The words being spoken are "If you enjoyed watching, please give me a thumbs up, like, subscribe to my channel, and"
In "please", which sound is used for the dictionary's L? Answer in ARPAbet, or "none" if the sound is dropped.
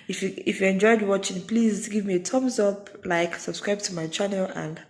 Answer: L